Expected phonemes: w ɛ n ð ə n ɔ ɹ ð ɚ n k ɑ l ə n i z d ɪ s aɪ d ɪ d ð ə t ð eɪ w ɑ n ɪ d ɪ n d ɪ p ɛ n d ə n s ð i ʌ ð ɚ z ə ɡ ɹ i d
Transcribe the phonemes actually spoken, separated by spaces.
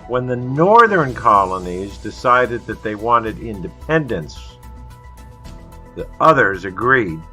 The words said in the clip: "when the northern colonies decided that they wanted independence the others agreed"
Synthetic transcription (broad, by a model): w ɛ n ð ə n ɔ ɹ ð ɚ n k ɑ l ə n i z d ɪ s aɪ d ɪ d ð ə t ð eɪ w ɑ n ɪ d ɪ n d ɪ p ɛ n d ə n s ð i ʌ ð ɚ z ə ɡ ɹ i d